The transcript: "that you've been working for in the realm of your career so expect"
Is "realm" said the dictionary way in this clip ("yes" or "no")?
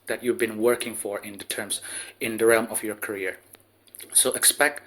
yes